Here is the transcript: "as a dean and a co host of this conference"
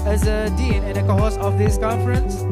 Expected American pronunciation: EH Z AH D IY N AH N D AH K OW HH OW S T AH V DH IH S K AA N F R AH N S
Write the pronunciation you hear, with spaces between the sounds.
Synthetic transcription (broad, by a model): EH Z AH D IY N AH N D AH K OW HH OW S AH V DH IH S K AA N F R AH N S